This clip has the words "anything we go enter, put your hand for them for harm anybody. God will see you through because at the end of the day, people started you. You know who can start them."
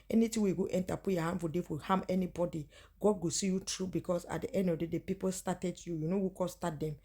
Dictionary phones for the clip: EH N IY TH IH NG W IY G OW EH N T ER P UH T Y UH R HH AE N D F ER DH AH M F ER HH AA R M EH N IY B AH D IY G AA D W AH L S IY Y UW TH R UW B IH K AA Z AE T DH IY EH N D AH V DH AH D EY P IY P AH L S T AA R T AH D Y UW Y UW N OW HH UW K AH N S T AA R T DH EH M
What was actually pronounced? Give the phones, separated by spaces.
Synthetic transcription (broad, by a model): EH N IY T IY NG W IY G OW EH N T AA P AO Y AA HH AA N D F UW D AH F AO HH AA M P EH N IY B AH D IY G AA D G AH S IY Y UW T R UW B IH K AA S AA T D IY EH N D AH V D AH D EY P IY P AH L S T AA T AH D Y UW Y UW N OW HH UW K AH S T AA T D EH M